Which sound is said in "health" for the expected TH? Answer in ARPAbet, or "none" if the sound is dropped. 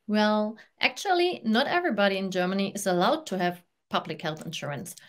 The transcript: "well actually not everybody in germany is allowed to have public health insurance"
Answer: TH